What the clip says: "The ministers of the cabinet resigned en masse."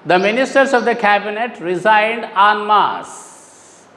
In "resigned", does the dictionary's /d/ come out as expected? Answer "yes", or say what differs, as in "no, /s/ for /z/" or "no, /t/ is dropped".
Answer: yes